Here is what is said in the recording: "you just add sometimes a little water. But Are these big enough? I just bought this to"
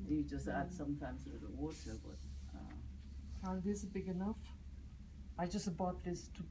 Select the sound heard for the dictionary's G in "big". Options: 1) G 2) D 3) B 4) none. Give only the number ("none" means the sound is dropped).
1